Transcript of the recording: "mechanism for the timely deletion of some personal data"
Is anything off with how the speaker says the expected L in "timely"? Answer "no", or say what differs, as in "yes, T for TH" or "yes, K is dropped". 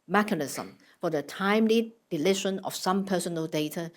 no